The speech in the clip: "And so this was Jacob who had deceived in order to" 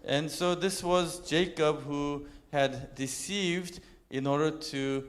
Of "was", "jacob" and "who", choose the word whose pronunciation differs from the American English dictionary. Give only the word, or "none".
none